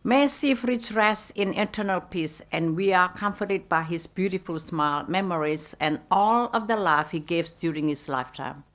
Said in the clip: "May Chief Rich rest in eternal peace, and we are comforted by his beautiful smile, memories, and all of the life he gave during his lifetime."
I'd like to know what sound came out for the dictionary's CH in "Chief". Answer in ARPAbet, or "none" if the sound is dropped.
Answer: S